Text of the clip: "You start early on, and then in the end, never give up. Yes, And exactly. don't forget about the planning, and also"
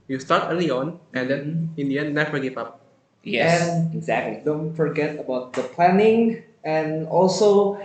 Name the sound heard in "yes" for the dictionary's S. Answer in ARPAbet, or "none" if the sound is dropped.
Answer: none